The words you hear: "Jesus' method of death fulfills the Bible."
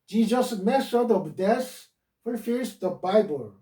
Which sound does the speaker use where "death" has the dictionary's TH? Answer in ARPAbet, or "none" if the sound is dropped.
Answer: S